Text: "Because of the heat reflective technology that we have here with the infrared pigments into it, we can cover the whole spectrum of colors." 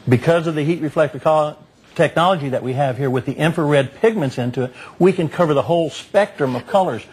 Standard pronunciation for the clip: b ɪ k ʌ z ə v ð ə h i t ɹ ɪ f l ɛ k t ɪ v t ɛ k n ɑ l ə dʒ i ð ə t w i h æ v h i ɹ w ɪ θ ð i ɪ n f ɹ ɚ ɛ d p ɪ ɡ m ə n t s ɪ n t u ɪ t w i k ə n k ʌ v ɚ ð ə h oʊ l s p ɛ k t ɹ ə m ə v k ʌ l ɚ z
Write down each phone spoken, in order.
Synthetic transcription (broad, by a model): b ɪ k ʌ z ə v ð ə h i t ɹ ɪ f l ɛ k t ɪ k t ɛ k n ɑ l ə dʒ i ð ə t w i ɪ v h i ɹ w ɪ ð i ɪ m f ɚ ɛ d p ɪ ɡ m ə n t s ɪ n t u ɪ t w i k ə n k ʌ v ɚ ð ə h oʊ l s p ɛ k t ɹ ə m ə v k ʌ l ɚ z